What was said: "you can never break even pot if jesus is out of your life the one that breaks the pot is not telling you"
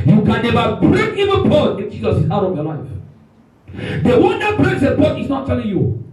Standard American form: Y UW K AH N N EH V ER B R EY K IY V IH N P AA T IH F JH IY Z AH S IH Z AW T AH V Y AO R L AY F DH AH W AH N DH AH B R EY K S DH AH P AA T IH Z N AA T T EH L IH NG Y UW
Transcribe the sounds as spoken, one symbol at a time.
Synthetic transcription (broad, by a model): Y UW K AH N N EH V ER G R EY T IY V IH N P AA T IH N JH IY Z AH S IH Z AW T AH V Y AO L AY F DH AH W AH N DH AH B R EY S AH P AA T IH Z N AA T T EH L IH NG Y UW